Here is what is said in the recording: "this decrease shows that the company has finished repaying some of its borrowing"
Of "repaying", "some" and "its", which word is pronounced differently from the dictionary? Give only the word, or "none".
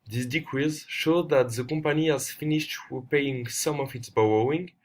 repaying